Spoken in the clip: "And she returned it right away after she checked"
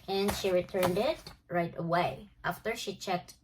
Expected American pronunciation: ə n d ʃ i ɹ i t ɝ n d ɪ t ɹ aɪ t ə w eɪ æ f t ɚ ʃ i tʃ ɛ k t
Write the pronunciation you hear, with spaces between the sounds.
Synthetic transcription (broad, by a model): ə n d ʃ i ɹ i t ɝ n d ɪ t ɹ aɪ t ə w eɪ æ f t ɚ ʃ i tʃ ɛ k t